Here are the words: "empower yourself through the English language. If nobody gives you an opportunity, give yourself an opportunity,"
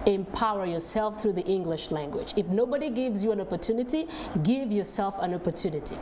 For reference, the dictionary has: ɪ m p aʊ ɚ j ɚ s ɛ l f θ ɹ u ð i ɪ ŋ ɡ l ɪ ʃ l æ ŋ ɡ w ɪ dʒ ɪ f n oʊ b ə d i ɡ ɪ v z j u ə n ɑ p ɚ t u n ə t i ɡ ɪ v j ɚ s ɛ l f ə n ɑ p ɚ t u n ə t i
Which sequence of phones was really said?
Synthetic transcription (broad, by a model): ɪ m p aʊ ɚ j ɚ s ɛ l f θ ɹ u ð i ɪ ŋ ɡ l ɪ ʃ l æ ŋ ɡ w ɪ dʒ ɪ f n oʊ b ə d i ɡ ɪ v z j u ə n ɑ p ɚ t u n ə t i ɡ ɪ v j ɚ s ɛ l f ə n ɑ p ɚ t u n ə t i